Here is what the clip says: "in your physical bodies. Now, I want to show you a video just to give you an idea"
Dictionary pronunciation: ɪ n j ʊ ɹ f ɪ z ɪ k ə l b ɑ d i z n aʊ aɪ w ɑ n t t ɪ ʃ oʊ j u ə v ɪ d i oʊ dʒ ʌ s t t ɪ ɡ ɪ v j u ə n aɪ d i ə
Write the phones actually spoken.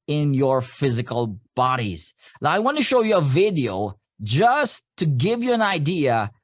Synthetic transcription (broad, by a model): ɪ n j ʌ ɹ f ɪ z ɪ k ə l b ɑ d i z l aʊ aɪ w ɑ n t t ɪ ʃ oʊ j u ə v ɪ d i oʊ dʒ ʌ s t t ɪ ɡ ɪ v j u ə n aɪ d i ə